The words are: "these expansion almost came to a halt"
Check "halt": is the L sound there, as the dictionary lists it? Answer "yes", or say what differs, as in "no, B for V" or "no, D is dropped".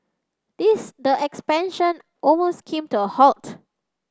yes